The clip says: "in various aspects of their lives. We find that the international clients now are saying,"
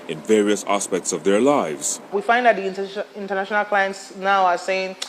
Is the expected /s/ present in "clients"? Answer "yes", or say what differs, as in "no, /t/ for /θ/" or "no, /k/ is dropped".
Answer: yes